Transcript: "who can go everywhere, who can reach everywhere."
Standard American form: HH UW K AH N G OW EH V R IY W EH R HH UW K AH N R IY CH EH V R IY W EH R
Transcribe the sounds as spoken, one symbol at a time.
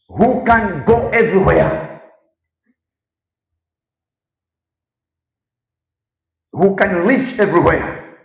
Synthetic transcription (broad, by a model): HH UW K AH N G OW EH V R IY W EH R HH UW K AH N L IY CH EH V R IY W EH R